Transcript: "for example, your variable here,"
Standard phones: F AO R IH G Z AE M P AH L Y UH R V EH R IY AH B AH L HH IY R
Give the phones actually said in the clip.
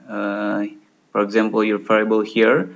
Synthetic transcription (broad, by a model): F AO R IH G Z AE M P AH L Y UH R F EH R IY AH B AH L HH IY R